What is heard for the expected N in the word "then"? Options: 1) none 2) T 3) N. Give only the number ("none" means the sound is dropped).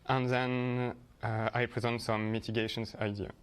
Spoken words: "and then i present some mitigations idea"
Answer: 3